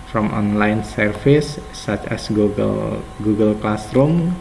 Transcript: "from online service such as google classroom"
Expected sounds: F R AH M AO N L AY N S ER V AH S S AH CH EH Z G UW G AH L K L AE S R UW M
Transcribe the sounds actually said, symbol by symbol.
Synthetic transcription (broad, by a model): F R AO M AO N L AY N S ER F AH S S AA CH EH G G UW G AH L K L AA S R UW M